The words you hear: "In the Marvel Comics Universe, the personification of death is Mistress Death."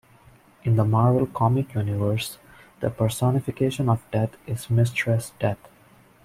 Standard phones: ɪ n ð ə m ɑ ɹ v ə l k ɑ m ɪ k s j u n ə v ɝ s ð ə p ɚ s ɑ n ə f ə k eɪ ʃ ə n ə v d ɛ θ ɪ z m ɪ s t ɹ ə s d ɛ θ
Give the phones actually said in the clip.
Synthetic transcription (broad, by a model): ɪ n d ə m ɑ ɹ v ə l k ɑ m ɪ k j u n ə v ɝ s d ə p ɚ s ɑ n ə f ə k eɪ ʃ ə n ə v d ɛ t ɪ z m ɪ s t ɹ ə s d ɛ t